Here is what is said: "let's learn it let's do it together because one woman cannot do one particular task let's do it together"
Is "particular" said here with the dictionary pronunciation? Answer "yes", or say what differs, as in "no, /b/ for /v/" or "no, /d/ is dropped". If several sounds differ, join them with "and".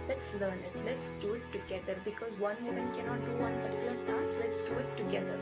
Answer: no, /b/ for /p/ and /n/ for /l/